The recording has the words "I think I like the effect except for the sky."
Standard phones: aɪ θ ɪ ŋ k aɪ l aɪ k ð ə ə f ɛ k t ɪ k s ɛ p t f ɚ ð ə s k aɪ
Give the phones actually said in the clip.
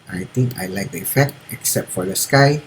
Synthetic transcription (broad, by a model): aɪ t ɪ ŋ k aɪ l aɪ k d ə ə f ɛ k t ɪ k s ɛ p t f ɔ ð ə s k aɪ